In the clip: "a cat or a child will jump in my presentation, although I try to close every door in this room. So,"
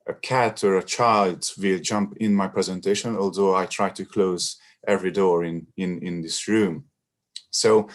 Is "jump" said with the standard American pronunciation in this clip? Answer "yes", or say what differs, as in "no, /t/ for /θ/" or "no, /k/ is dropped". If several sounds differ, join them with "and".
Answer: yes